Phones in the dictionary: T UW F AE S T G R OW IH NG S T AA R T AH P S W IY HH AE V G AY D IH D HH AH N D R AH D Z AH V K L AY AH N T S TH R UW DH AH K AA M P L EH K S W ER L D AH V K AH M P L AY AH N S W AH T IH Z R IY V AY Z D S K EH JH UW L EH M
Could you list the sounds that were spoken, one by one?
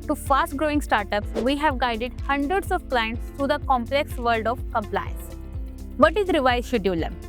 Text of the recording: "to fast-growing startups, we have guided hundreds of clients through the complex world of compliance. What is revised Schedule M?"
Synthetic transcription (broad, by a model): T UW F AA S T G R OW IH NG S T AA R T AH P S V IY HH AE V G AY D IH D HH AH N D R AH D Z AH V K L AY AH N T S T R UW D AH K AA M P L EH K S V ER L D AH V K AH M P L AY AH N S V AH T IH Z R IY V AY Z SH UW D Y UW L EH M